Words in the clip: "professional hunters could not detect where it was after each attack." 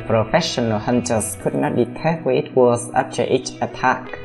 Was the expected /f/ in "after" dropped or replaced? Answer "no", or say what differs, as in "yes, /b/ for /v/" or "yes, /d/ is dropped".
yes, /p/ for /f/